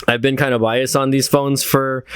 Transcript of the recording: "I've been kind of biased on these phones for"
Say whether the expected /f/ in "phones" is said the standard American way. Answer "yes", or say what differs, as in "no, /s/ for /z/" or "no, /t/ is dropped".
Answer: yes